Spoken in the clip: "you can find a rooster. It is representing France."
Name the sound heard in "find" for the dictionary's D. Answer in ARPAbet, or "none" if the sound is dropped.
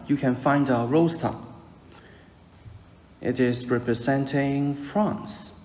D